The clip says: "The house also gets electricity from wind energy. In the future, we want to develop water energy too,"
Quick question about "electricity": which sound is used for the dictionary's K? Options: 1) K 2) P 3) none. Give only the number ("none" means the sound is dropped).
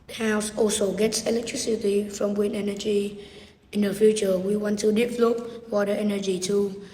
1